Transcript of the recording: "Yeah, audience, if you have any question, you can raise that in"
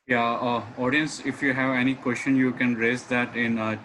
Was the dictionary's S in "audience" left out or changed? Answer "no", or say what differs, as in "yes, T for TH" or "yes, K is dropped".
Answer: no